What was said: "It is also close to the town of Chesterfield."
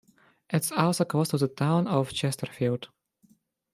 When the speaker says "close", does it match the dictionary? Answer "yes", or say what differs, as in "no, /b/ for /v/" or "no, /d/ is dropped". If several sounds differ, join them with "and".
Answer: no, /l/ is dropped